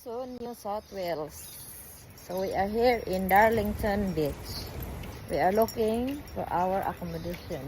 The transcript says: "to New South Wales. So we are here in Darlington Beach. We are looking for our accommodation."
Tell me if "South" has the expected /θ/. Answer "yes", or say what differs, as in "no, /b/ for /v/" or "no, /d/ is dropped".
no, /t/ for /θ/